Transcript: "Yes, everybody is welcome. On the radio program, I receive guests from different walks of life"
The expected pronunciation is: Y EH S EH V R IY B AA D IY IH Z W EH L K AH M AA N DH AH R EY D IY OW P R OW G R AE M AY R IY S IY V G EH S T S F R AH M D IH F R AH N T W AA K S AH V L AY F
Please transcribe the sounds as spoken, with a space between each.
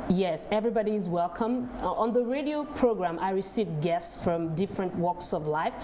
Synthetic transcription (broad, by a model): Y EH S EH V R IY B AA D IY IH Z W EH L K AH M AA N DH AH R EY D IY OW P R OW G R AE M AY R IY S IY V G EH S T S F R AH M D IH F R AH N T W AA K S AH V L AY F